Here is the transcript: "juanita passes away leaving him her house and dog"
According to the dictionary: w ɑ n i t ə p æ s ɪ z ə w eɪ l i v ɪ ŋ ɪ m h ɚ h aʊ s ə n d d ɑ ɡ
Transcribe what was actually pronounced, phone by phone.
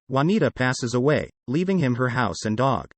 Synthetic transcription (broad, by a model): w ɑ n i t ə p æ s ɪ z ə w eɪ l i v ɪ ŋ ɪ m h ɚ h aʊ s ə n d d ɑ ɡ